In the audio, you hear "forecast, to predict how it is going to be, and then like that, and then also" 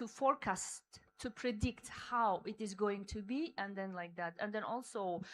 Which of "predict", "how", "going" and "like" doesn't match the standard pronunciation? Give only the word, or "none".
none